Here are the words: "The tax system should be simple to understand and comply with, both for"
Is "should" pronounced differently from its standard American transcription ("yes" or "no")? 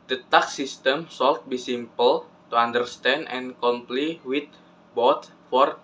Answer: yes